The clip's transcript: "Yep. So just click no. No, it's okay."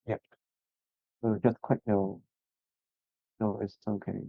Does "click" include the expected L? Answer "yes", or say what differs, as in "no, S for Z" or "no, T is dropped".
no, W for L